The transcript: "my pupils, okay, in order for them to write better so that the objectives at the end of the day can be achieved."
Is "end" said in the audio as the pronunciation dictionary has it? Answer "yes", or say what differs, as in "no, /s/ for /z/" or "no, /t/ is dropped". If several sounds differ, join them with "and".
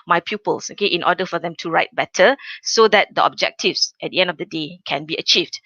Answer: yes